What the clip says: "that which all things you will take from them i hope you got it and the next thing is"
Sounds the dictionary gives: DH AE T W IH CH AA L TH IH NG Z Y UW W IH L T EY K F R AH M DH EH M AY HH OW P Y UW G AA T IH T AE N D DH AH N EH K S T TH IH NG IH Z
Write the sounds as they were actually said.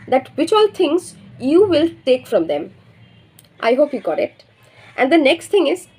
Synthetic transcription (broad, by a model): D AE T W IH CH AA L T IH NG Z Y UW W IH L T EY K F R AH M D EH M AY HH OW P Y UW G AA T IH T AE N D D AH N EH K S T T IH NG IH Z